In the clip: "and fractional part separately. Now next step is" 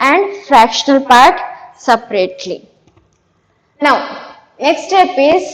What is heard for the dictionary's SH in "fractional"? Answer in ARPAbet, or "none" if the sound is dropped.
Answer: SH